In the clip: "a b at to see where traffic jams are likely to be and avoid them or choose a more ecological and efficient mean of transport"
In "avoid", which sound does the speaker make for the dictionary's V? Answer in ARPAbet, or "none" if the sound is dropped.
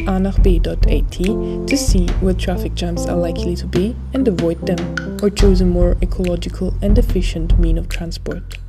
V